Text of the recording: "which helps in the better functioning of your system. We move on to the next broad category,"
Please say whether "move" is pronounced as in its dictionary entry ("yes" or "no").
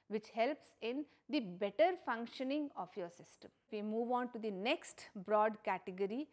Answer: yes